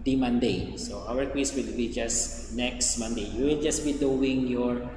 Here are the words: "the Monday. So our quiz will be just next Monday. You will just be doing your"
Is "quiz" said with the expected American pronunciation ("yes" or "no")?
no